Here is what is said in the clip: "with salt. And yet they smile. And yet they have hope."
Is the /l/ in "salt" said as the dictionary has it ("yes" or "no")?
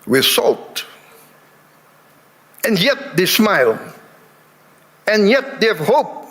yes